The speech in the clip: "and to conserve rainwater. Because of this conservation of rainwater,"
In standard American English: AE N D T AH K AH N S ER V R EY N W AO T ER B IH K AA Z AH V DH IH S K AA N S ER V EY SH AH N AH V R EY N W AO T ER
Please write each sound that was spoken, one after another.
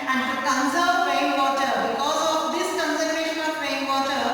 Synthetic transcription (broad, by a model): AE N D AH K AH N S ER P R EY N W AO T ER B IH K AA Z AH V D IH S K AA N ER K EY SH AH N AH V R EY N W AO T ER